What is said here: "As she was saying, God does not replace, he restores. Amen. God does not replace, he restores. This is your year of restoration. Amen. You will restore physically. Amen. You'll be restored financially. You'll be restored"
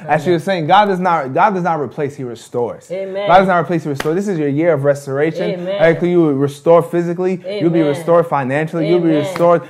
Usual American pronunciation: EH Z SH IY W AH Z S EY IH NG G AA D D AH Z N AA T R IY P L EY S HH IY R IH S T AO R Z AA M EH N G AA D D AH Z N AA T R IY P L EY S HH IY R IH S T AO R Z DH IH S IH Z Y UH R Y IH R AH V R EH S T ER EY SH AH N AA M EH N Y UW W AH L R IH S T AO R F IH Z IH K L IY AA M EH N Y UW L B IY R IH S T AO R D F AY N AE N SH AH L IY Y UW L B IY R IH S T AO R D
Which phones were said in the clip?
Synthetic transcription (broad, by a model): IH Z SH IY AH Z S EY IH NG G AA D D AH Z N AA T R IY P L EY S HH IY R IH S T AO R Z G AA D D AH Z N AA T R IY P L EY S HH IY R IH S T AO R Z DH IH S IH Z Y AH R Y IH R AH V R EH S T ER EY SH AH N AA IH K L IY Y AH R IH S T AO R F IH Z IH K L IY Y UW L B IY R IH S T AO R D F AY N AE N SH L IY Y UW L B IY R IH S T AO R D